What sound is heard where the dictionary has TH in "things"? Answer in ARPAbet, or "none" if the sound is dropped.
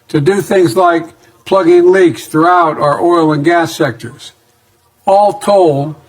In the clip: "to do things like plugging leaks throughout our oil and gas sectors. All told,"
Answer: TH